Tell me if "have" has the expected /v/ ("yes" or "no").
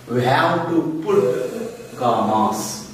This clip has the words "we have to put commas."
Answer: no